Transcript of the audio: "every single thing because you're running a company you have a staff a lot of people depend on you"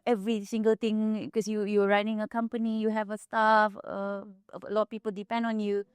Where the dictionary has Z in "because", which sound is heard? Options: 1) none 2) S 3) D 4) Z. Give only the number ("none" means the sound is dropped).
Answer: 1